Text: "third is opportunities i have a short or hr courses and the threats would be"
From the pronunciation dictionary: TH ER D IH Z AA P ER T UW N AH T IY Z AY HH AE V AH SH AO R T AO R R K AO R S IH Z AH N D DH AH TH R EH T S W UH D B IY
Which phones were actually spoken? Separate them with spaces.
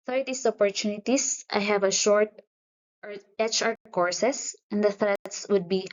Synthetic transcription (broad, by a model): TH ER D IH S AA P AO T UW N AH T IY S AY HH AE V AH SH AO R T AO R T K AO R S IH S AH N D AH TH R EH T S W UH D B IY